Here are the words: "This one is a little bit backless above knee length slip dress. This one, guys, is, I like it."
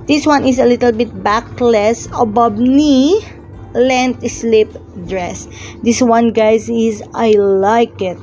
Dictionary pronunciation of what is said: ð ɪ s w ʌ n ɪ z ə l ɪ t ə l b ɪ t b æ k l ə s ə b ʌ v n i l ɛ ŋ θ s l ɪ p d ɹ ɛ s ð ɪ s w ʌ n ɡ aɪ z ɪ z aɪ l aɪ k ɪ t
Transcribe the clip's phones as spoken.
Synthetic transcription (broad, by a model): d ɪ s w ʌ n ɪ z ə l ɪ t ə l b ɪ t b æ k l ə s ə b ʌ b n i l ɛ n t s l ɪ p d ɹ ɛ s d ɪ s w ʌ n ɡ aɪ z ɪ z aɪ l aɪ k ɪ t